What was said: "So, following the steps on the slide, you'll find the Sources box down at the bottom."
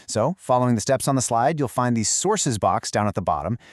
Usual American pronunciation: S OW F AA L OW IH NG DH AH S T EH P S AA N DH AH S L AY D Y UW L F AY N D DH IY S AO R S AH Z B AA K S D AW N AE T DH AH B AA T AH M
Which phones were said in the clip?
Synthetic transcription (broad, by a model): S OW F AA L OW IH NG DH AH S T EH P S N DH AH S L AY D Y UW L F AY N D DH IY S AO R S AH Z B AA K S D AW N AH T DH AH B AA T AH M